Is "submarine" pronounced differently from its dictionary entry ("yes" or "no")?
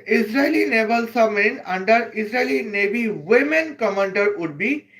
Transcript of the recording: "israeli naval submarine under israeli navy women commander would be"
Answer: yes